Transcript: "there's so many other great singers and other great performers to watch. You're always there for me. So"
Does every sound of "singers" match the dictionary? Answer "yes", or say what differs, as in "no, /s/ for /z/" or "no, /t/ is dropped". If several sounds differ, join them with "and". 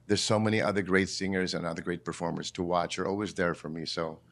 yes